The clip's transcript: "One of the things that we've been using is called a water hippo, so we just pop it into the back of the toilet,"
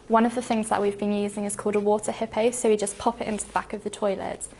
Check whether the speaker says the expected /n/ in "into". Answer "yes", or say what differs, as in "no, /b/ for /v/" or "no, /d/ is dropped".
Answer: yes